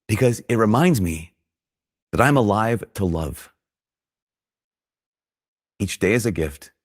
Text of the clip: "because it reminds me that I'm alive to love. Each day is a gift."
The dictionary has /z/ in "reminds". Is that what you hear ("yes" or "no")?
yes